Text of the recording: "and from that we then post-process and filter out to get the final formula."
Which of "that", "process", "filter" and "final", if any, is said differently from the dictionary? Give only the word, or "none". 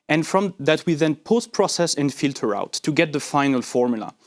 none